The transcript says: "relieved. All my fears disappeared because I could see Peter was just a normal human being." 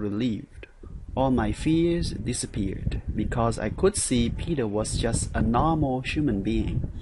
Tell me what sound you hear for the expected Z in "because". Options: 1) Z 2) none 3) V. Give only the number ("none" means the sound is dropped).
1